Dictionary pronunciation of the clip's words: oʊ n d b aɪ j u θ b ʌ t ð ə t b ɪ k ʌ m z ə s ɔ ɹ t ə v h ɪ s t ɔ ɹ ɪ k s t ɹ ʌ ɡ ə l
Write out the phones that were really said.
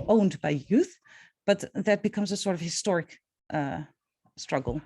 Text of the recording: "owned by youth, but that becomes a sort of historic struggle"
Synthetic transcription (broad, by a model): oʊ n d b aɪ j u θ b ʌ t ð ə t b ɪ k ʌ m z ə s ɔ ɹ t ə v h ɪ s t ɔ ɹ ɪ k s t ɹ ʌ ɡ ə l